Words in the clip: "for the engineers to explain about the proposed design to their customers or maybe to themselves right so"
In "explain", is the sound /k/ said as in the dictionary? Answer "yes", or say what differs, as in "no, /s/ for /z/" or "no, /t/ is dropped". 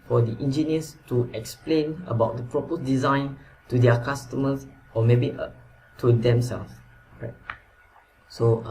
yes